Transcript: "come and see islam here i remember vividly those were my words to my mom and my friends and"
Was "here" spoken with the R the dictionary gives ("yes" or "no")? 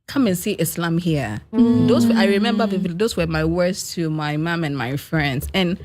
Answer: no